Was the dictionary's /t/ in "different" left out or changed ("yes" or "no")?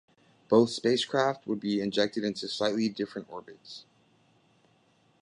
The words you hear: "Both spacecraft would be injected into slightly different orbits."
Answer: no